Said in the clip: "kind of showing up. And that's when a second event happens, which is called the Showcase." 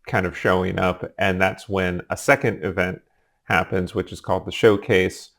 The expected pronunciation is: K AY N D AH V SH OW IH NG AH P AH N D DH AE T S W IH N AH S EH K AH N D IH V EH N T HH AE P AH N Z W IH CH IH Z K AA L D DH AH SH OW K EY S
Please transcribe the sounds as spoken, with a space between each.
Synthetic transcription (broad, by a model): K AY N D AH V SH OW IH NG AH P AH N DH AE T S W IH N AH S EH K AH N D IH V EH N T HH AE P AH N Z W IH CH IH Z K AA L D DH AH SH OW K EY S